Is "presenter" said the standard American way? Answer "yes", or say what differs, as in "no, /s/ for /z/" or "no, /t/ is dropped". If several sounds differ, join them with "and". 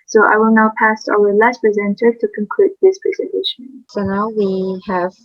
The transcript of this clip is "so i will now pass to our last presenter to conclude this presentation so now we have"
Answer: yes